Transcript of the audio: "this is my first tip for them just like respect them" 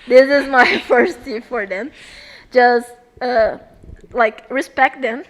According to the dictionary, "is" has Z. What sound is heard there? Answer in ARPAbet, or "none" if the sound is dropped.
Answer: Z